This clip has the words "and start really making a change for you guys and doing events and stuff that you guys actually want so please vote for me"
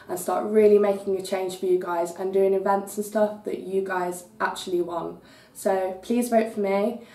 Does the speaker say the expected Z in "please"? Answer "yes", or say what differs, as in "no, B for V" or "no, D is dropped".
yes